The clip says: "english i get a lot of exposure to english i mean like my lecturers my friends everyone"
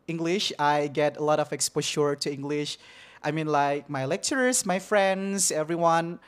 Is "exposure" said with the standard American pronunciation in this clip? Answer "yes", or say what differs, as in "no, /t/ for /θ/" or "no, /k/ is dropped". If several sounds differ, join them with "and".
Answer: no, /ʃ/ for /ʒ/